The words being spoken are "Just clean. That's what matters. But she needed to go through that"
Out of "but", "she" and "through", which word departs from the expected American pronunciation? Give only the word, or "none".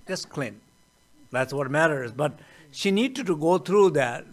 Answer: through